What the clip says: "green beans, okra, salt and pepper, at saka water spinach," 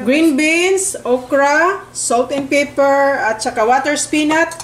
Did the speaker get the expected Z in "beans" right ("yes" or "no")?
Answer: no